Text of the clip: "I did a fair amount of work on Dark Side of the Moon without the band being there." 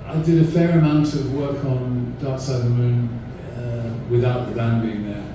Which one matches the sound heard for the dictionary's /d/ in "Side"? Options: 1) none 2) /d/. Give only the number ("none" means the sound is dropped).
1